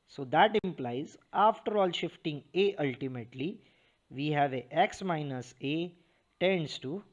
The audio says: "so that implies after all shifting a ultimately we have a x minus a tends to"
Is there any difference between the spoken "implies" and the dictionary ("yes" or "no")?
no